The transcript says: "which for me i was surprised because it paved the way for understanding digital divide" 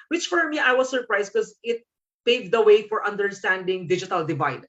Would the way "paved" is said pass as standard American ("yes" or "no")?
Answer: yes